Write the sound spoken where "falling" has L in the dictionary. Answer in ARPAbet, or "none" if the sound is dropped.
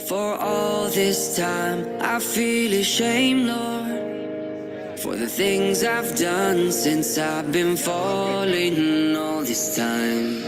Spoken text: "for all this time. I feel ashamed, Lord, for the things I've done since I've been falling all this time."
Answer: L